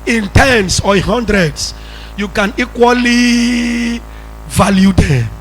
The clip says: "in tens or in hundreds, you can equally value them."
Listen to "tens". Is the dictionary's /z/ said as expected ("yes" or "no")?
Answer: no